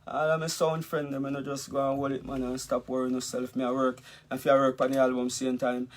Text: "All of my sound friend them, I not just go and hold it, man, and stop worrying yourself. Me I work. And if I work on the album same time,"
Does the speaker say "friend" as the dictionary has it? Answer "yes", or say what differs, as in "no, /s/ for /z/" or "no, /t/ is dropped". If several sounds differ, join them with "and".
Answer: yes